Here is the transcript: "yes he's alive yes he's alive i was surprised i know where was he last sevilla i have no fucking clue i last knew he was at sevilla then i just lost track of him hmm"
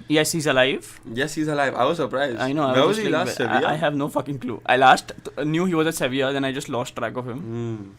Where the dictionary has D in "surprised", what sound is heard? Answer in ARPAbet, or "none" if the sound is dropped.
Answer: none